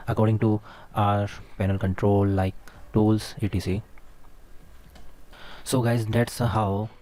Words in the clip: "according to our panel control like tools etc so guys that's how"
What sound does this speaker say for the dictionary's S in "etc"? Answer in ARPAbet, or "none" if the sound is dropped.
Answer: none